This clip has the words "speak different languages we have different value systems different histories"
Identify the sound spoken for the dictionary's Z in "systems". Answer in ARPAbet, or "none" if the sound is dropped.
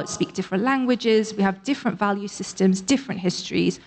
Z